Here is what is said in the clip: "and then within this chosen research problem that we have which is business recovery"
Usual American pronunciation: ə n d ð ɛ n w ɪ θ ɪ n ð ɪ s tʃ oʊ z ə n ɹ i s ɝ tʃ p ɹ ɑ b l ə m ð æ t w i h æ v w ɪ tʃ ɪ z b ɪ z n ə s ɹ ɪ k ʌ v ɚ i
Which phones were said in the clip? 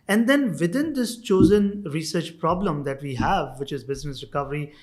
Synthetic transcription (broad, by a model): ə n d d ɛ n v ɪ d ɪ n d ɪ s tʃ oʊ z ə n ɹ i s ɝ tʃ p ɹ ɑ b l ə m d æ t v i h æ v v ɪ tʃ ɪ z b ɪ z n ə s ɹ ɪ k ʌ v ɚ i